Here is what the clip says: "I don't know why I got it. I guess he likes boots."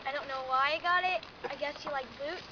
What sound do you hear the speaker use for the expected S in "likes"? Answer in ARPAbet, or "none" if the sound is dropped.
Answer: none